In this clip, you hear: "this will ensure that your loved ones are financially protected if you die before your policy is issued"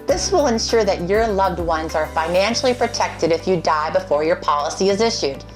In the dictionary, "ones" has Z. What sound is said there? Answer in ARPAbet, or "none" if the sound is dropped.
Z